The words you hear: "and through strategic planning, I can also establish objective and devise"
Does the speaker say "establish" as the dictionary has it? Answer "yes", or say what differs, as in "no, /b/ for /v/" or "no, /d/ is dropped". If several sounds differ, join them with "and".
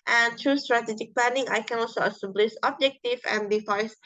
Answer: no, /s/ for /ʃ/